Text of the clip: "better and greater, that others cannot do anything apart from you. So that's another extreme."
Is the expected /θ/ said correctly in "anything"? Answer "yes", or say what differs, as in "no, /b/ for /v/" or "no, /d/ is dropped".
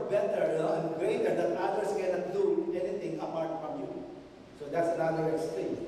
no, /t/ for /θ/